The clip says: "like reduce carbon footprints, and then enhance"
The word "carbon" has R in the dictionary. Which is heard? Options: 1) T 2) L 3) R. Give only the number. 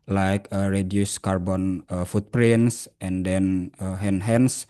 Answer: 3